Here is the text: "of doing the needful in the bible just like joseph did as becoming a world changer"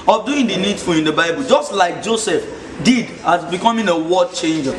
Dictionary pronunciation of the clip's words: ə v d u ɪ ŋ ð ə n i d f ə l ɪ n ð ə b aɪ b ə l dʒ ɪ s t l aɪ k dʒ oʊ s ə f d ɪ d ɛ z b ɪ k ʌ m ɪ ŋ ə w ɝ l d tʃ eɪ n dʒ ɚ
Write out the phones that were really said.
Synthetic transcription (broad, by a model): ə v d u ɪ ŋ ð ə n i d f ə l ɪ n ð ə b aɪ b ə l dʒ ɪ s t l aɪ k dʒ oʊ s ə f d ɪ d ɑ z b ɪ k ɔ m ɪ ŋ ə w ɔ d tʃ eɪ n dʒ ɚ